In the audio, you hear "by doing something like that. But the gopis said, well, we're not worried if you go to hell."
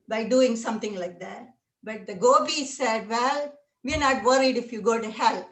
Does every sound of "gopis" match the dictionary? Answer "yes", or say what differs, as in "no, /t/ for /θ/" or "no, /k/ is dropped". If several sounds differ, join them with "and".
no, /b/ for /p/